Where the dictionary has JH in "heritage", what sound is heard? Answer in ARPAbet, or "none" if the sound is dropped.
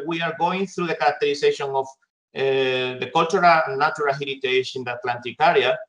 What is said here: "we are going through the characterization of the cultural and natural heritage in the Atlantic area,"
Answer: SH